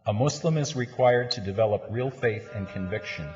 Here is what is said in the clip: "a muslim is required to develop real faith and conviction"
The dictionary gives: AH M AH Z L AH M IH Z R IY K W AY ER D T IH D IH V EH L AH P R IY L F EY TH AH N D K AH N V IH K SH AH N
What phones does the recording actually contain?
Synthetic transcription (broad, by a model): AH M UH S L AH M IH Z R IY K W AY ER D T IH D IH V EH L AH P R IY L F EY TH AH N K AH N V IH K SH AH N